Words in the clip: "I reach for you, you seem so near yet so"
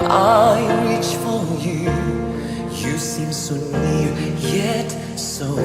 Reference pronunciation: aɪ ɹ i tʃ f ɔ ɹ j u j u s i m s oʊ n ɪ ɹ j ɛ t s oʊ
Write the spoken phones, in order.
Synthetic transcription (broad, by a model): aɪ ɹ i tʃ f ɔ l j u j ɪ s i m s oʊ n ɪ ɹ j ɛ t s oʊ